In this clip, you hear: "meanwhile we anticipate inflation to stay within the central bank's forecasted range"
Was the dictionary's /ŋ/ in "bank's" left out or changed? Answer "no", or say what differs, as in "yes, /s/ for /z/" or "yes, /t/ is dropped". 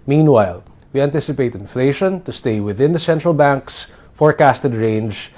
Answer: no